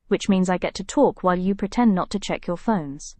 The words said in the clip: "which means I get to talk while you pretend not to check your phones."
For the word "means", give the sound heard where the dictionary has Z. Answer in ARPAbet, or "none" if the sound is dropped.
Z